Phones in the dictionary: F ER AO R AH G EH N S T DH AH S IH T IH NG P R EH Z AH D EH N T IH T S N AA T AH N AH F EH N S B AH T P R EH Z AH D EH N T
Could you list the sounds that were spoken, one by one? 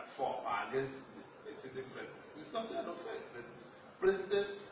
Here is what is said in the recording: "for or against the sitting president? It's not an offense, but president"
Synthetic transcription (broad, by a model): F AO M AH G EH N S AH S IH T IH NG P R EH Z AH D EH N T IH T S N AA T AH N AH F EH S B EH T P R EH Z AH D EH N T